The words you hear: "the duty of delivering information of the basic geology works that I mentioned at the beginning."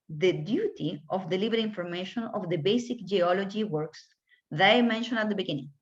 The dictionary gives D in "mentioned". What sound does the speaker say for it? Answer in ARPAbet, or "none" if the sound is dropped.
none